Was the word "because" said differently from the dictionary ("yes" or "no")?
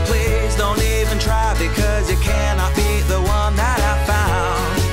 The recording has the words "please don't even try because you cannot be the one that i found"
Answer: no